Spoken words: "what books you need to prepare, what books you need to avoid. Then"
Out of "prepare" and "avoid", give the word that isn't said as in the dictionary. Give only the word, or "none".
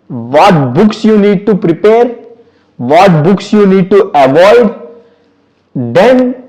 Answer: none